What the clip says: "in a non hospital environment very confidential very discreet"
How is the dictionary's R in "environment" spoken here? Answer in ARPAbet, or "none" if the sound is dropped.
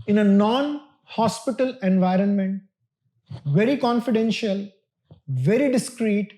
R